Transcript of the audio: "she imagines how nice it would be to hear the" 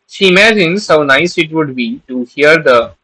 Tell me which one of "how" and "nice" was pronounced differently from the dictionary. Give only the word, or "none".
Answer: none